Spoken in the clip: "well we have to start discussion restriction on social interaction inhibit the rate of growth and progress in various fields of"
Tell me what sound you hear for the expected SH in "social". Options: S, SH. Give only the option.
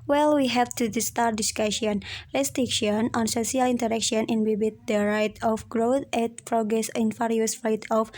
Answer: S